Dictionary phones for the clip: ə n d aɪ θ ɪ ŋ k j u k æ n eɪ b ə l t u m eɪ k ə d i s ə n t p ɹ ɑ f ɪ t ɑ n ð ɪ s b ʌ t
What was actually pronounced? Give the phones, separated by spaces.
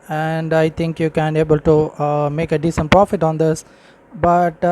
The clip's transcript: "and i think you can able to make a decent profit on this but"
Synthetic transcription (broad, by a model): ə n d aɪ t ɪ ŋ k j u k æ n eɪ b ə l t u m eɪ k ə d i s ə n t p ɹ ɑ f ɪ t ɑ n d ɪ s b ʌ t